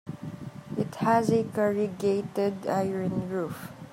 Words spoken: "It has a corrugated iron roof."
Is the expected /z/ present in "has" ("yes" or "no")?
yes